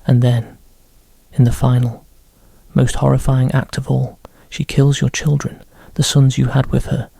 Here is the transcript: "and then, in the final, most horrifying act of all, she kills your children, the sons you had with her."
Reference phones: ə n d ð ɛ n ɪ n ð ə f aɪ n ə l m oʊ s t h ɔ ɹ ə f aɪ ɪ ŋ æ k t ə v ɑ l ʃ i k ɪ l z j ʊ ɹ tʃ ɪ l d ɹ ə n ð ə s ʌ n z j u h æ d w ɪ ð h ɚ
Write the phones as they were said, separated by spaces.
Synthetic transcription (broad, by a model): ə n ð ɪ n ɪ n ð ə f aɪ n l m oʊ s t h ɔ ɹ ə f aɪ ɪ ŋ æ k t ə v ɑ l ʃ i k ɪ l z j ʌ ɹ tʃ ɪ l d ɹ ə n ð ə s ʌ n z j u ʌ d w ɪ ð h ɚ